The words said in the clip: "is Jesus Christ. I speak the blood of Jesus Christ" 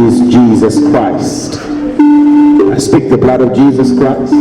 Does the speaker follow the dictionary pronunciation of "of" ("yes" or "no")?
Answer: yes